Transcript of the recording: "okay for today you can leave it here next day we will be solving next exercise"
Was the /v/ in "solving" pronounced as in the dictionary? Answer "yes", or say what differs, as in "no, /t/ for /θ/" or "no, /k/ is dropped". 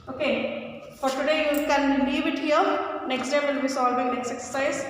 no, /b/ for /v/